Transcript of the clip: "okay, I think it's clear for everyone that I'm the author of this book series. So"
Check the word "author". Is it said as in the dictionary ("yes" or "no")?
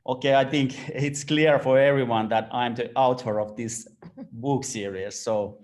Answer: no